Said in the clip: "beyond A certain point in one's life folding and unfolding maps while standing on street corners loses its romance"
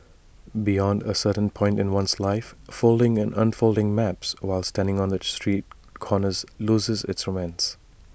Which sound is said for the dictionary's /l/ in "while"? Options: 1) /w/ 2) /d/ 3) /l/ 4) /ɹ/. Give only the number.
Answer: 3